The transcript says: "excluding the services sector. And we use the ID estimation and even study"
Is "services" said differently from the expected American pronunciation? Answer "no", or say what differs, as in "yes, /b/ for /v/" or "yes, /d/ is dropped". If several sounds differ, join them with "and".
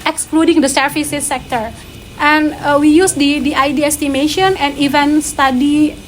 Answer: yes, /f/ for /v/